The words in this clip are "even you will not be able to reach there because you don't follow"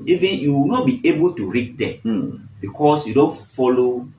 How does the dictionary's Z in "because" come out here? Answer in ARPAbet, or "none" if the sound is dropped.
S